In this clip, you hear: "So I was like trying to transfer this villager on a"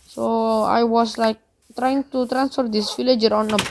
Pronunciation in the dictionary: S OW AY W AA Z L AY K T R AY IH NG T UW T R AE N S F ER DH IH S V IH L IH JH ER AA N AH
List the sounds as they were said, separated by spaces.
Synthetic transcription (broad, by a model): S OW AY W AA S L AY K T R AY IH NG T UW T R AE N S F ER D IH S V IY L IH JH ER AA N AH